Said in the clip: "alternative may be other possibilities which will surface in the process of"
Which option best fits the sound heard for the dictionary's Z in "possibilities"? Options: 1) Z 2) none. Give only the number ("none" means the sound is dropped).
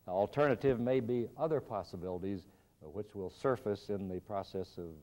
1